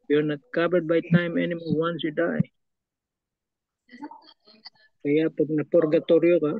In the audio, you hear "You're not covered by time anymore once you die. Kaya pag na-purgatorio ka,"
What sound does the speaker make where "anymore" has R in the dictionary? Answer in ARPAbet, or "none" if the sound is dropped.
L